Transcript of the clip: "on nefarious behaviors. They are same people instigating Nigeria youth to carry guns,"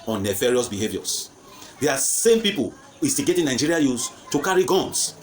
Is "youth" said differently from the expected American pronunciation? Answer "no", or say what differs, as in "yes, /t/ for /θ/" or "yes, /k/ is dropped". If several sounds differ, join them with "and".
yes, /s/ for /θ/